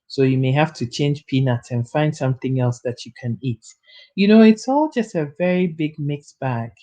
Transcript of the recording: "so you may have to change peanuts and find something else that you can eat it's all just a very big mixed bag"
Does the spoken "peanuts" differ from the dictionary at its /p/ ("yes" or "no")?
no